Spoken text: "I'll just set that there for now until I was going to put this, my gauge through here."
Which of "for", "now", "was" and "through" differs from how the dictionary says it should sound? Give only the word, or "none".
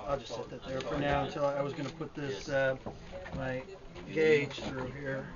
none